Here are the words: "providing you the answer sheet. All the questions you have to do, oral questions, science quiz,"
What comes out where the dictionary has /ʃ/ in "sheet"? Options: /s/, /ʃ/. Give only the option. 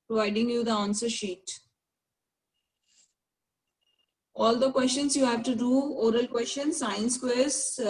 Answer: /ʃ/